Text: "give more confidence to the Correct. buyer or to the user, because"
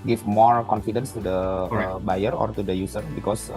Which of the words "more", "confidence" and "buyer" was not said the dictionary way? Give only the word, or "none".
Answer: none